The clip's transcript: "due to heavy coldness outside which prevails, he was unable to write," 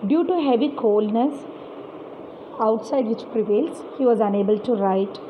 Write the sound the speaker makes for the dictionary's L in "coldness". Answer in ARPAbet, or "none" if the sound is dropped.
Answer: L